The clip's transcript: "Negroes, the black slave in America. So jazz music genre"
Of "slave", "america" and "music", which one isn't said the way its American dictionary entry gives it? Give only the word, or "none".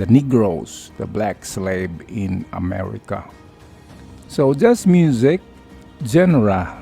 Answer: slave